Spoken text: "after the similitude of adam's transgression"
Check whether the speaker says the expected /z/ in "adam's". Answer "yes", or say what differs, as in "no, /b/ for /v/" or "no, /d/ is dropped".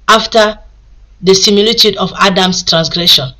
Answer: no, /s/ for /z/